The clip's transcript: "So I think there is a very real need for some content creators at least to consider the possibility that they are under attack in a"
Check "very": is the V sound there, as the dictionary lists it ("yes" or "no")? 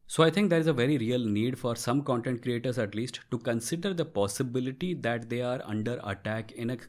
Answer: yes